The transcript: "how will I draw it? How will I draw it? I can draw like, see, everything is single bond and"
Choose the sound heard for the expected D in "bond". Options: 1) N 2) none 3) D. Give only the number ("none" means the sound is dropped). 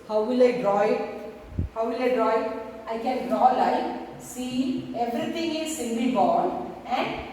2